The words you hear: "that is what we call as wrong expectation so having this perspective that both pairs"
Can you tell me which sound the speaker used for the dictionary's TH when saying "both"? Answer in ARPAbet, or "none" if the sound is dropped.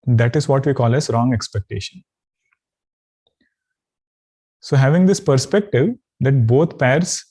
T